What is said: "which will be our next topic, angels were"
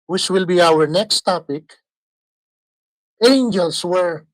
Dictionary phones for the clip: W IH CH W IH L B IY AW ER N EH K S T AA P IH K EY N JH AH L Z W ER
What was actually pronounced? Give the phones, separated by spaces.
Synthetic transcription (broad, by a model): W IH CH W IH L B IY AW ER N EH K S T AA P IH K EY N JH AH L S W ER